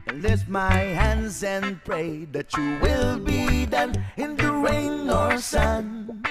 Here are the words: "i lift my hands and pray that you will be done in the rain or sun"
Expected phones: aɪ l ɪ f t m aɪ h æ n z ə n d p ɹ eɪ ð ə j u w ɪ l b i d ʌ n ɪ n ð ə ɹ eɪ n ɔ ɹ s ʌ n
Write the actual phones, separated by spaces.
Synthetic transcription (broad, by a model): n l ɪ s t m aɪ h æ n z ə n p ɹ eɪ ð ə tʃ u w ɪ l b i d ʌ n ɪ n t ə ɹ eɪ n ɔ ɹ s ʌ n